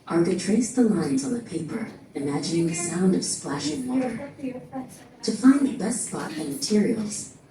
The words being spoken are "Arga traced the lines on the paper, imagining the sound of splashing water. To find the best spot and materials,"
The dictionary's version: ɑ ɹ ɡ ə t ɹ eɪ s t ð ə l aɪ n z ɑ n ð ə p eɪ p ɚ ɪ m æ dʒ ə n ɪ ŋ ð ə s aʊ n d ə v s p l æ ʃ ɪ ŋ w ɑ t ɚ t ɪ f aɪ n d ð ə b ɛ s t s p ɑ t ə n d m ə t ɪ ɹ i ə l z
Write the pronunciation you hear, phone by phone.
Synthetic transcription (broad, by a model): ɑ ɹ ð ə t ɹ eɪ s ð ə l aɪ n z n ð ə p eɪ p ɚ ɪ m æ dʒ ə n ɪ ŋ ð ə s aʊ n d ə v s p l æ ʃ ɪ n w ɑ t ɚ t ɪ f aɪ n ð ə b ɛ s t s p ɑ t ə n m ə t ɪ ɹ i l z